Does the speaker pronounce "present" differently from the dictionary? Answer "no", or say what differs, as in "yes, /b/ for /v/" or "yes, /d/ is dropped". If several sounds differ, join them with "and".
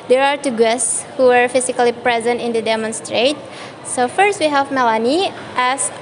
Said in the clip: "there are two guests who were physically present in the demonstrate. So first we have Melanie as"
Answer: no